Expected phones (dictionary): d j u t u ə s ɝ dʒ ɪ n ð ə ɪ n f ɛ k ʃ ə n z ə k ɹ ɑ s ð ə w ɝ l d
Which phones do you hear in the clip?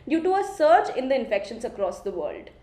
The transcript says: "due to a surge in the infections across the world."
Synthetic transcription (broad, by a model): d j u t u ə s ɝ tʃ ɪ n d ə ɪ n f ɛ k ʃ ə n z ə k ɹ ɑ s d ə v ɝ l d